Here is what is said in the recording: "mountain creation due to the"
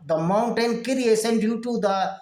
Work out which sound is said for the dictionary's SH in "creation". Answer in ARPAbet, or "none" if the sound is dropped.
S